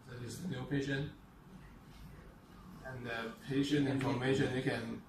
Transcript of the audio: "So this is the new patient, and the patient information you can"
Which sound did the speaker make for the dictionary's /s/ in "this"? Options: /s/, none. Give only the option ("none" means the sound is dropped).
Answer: none